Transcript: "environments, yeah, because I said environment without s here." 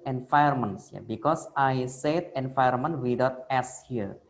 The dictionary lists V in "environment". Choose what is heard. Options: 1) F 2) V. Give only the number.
1